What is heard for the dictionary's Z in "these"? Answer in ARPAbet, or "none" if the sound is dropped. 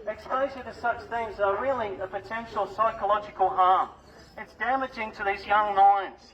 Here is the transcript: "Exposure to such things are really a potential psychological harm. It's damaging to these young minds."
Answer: Z